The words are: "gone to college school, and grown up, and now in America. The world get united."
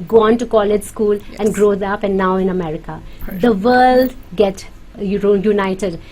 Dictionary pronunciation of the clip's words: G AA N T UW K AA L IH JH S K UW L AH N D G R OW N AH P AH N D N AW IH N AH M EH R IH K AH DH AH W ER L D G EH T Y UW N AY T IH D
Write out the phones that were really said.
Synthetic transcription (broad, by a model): G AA N T UW K AA L IH JH S K UW L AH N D G R OW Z AH P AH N N AW IH N AH M EH R IH K AH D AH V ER L D G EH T Y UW N AY T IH D